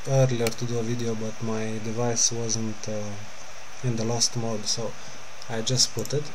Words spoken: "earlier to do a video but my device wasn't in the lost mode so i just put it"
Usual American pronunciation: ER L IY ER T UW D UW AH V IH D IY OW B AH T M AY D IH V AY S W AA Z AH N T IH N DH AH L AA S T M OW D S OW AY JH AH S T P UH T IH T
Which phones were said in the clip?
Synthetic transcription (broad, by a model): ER L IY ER T UW D UW AH V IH D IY OW B AH T M AY D IH V AY S W AA Z AH N T IH N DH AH L AA S T M OW D S OW AY JH AH S T P UH T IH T